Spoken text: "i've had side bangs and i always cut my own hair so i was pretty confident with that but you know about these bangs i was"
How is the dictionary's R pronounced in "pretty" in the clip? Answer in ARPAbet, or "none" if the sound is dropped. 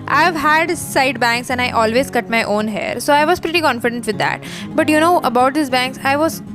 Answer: R